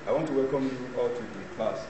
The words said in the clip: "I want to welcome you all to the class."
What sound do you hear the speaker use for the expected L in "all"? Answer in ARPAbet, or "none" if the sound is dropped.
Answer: L